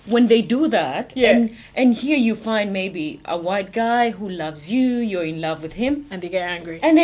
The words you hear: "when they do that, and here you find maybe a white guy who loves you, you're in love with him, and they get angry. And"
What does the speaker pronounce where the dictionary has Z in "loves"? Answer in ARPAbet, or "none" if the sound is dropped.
Z